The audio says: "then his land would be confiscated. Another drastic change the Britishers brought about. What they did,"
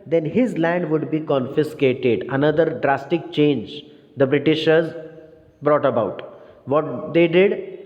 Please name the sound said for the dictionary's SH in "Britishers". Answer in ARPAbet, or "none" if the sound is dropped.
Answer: SH